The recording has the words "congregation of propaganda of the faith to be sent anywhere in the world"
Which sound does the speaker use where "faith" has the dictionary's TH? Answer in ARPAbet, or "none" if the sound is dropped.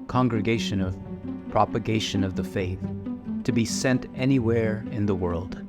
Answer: TH